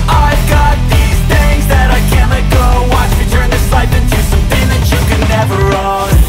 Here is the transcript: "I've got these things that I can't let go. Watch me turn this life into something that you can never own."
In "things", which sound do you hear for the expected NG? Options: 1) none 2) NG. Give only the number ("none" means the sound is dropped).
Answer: 1